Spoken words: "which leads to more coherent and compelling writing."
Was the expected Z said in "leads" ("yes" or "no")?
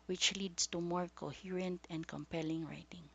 no